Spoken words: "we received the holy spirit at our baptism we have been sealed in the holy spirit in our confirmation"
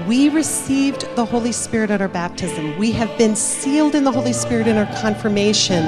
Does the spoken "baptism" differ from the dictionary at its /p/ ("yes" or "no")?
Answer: no